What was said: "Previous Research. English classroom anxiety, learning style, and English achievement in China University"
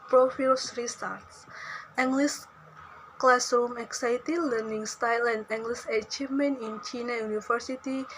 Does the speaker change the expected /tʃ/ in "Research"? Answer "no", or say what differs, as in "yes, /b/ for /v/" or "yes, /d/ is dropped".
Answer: yes, /s/ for /tʃ/